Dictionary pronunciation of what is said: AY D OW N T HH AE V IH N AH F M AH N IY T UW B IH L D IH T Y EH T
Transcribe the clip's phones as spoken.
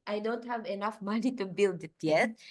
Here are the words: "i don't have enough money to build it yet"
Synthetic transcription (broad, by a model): AY D OW N T HH AE V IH N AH F M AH N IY T UW B IH L D IH T Y EH T